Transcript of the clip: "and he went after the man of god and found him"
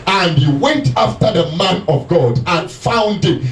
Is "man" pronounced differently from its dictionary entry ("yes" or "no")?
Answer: no